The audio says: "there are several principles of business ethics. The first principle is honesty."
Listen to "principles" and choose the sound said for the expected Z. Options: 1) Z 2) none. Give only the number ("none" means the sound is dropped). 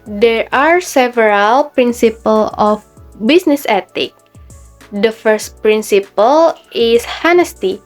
2